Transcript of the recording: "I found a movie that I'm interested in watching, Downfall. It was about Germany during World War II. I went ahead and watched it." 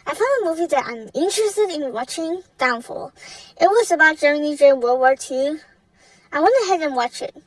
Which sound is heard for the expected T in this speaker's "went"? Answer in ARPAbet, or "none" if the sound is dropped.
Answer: none